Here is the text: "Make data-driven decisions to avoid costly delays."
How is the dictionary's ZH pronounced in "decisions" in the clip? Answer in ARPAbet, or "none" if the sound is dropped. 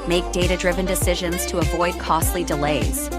ZH